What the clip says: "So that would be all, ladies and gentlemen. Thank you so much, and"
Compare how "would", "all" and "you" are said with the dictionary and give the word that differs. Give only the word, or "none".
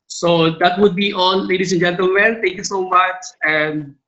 all